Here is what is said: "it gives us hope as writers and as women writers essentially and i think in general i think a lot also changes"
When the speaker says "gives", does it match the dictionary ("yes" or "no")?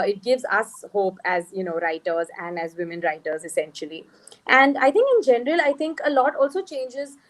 yes